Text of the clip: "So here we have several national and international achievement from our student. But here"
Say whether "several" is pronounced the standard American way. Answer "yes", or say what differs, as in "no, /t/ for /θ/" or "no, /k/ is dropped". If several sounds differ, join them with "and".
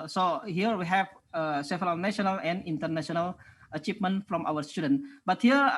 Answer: no, /ɹ/ is dropped